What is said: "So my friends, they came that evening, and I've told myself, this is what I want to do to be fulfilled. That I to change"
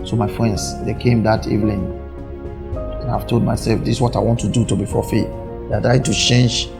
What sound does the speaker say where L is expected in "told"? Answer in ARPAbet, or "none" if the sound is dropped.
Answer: L